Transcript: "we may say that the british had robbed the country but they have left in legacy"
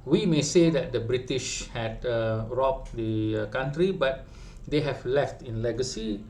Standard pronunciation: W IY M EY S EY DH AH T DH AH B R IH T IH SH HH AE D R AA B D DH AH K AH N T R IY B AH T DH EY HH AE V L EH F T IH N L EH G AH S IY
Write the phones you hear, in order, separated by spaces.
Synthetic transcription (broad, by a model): W IY M EY S EY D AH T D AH B R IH T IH SH HH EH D R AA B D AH K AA N T R IY B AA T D EY HH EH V L EH F T IH N L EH G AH S IY